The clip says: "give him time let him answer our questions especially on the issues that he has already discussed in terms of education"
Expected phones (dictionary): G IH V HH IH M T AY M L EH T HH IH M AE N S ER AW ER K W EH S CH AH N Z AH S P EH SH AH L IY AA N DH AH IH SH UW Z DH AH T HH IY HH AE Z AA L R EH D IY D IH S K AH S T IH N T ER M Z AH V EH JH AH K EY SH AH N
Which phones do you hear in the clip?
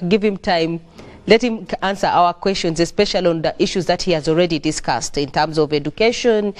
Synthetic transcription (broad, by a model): G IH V HH IH M T AY M L EH T HH IH M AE N S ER AW ER K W EH S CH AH N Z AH S P EH SH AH L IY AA N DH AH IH SH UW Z DH AH T HH IY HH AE Z AA L R EH D IY D IH S K AH S T IH N T ER M Z AH V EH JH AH K EY SH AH N